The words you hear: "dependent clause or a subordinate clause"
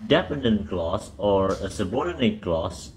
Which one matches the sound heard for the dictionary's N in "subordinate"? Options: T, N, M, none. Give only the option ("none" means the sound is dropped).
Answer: N